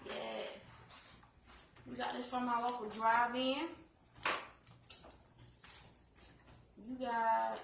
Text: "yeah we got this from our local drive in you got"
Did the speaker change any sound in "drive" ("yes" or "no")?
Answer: no